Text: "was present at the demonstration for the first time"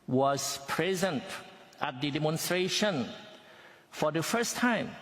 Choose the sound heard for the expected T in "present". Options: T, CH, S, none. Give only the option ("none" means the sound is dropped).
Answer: T